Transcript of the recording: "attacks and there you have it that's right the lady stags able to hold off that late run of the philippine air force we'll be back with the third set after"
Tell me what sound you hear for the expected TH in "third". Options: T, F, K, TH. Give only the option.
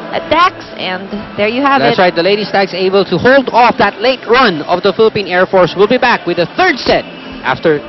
TH